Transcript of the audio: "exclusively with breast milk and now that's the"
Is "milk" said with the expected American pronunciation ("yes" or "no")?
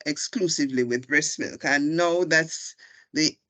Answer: yes